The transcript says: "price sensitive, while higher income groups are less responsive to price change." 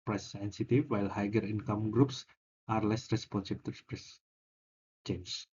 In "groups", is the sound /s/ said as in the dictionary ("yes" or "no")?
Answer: yes